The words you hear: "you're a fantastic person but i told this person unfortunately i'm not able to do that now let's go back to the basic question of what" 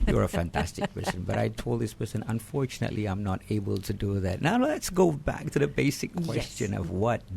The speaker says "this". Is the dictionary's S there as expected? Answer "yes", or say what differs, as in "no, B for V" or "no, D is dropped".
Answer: yes